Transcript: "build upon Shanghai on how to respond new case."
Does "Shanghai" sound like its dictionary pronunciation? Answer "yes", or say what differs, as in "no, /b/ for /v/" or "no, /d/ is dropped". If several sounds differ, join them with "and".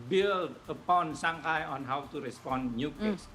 no, /s/ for /ʃ/